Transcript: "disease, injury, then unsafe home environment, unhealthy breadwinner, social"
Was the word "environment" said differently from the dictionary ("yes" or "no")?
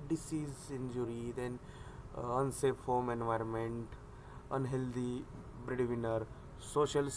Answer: no